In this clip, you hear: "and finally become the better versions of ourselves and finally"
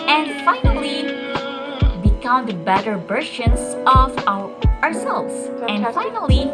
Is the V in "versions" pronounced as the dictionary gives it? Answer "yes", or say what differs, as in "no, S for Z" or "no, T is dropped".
no, B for V